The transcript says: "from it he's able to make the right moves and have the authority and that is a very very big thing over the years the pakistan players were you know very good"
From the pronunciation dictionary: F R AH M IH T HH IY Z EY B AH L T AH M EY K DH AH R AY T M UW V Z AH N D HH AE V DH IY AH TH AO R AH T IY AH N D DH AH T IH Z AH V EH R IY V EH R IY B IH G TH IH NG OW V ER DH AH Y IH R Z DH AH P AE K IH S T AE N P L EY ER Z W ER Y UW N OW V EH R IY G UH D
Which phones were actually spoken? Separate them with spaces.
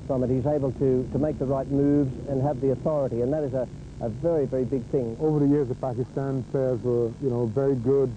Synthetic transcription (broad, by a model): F R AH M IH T HH IY Z EY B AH L T AH M EY K DH AH R AY T M UW V Z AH N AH V DH IY AH TH AO R AH T IY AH N DH AH T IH Z AH V EH R IY V EH R IY B IH G TH IH NG OW V ER DH AH Y IH R Z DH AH P AE K IH S T AE N P L EY ER Z W ER Y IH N OW V EH R IY G UH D